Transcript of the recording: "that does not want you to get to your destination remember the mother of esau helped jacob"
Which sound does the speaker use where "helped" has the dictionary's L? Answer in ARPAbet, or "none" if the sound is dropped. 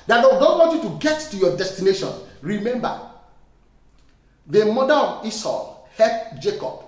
none